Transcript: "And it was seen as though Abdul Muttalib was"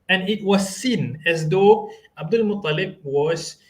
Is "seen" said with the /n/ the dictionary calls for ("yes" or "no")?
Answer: yes